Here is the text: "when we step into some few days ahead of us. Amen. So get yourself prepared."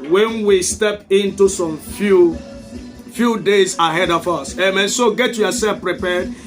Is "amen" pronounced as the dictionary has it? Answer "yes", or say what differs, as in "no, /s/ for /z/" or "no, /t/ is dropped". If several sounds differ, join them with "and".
yes